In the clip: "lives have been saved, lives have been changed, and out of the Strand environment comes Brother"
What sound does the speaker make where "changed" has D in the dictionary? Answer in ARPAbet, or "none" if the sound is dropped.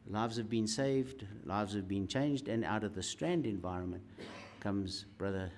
D